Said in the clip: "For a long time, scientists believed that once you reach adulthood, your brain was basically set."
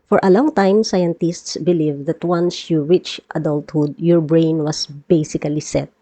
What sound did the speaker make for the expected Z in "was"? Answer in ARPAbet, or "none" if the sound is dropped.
S